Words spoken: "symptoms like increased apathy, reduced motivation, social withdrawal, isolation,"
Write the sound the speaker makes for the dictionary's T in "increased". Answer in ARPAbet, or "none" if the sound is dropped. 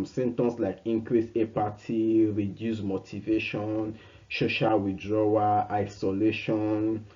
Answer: none